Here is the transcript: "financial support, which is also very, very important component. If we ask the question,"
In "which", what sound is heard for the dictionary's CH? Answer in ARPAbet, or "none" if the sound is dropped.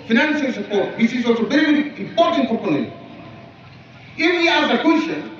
S